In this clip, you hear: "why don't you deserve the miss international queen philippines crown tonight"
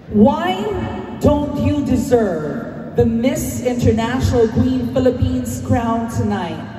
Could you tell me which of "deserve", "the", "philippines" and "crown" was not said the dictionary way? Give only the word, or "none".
none